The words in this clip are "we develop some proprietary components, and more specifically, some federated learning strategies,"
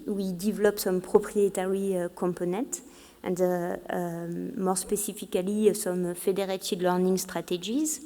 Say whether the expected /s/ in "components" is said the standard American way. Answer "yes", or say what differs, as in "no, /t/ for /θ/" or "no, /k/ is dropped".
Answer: no, /s/ is dropped